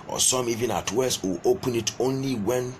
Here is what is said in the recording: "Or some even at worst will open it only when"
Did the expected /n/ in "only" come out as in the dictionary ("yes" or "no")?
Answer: yes